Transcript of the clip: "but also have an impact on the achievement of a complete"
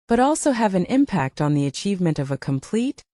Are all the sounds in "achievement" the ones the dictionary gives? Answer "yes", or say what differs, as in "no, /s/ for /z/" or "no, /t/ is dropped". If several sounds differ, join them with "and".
yes